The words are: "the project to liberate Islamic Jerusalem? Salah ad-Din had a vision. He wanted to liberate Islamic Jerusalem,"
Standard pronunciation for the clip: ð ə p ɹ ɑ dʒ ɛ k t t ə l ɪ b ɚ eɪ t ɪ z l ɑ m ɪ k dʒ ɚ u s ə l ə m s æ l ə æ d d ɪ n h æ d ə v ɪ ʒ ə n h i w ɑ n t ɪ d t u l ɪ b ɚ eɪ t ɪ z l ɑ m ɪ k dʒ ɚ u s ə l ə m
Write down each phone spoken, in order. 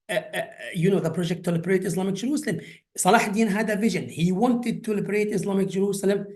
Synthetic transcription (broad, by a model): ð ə p ɹ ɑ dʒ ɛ k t t ə l ɪ b ɚ eɪ t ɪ s l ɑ m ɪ k dʒ ɚ u s ə l ə m s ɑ l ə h d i n h æ d ə v ɪ ʒ ə n h i w ɑ n t ɪ d t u l ɪ b ɚ eɪ t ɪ s l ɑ m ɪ k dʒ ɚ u s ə l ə m